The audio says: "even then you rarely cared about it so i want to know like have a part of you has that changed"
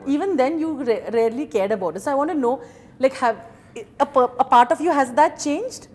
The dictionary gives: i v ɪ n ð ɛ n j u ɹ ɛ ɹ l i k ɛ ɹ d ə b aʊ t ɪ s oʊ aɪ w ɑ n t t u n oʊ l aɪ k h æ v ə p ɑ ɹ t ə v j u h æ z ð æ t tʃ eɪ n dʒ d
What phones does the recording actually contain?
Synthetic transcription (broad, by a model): i v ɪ n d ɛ n j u ɹ ɛ ɹ l i k ɛ ɹ d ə b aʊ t ɪ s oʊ aɪ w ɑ n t t u n oʊ l aɪ k h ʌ p ə p ɑ ɹ t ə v j u h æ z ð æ t tʃ eɪ n dʒ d